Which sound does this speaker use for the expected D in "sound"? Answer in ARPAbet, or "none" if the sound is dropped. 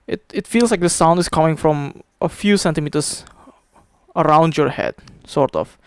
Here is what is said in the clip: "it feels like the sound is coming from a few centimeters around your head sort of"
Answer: D